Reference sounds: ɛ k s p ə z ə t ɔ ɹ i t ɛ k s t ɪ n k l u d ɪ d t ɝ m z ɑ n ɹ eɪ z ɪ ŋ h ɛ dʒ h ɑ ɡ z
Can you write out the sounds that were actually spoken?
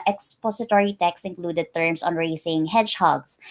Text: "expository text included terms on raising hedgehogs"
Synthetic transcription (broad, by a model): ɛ k s p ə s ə t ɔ ɹ i t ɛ k s ɪ n k l u d ɪ d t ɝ m s ɑ n ɹ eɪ s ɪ ŋ h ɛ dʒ h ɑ ɡ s